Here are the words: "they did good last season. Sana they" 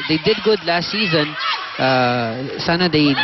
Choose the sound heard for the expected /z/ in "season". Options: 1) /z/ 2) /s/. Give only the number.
1